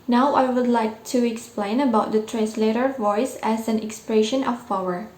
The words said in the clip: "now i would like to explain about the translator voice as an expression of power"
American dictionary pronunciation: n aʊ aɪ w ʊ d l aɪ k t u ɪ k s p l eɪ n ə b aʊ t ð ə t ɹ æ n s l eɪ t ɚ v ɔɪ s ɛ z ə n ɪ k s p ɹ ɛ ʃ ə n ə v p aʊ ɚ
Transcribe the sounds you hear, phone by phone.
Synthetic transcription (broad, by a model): n aʊ aɪ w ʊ d l aɪ k t u ɪ k s p l eɪ n ə b aʊ t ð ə t ɹ æ n s l eɪ t ɚ v ɔɪ s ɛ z ə n ɪ k s p ɹ ɛ ʃ ə n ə f p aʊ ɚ